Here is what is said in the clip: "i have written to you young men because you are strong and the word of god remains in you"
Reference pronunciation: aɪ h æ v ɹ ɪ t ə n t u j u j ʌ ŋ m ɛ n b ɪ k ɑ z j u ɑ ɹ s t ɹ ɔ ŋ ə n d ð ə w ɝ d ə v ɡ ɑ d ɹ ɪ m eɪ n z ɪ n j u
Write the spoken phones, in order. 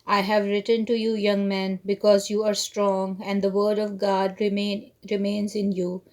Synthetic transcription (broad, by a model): aɪ h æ v ɹ ɪ t ə n t u j u j ʌ ŋ m ɛ n b ɪ k ɑ z j u ɑ ɹ s t ɹ ɔ ŋ ə n d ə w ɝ d ə v ɡ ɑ d ɹ ɪ m eɪ n z ɪ n j u